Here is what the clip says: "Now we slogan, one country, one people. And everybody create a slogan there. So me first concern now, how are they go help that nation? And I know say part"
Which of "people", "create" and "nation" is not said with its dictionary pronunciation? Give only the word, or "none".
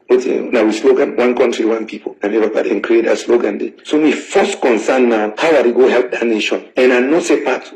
people